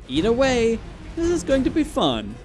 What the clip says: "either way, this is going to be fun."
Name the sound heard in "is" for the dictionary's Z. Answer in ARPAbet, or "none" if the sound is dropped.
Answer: Z